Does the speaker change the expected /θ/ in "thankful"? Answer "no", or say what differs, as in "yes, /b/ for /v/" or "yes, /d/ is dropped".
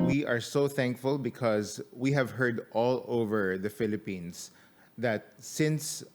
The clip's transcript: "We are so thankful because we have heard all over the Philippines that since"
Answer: no